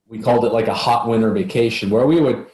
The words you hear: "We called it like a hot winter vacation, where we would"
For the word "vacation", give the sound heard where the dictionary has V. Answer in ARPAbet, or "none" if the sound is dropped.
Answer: V